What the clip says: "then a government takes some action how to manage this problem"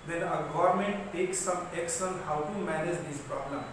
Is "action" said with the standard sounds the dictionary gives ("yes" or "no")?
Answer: no